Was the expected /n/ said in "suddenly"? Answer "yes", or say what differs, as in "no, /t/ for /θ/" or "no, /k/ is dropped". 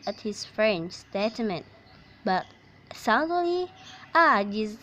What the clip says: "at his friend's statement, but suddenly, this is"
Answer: no, /n/ is dropped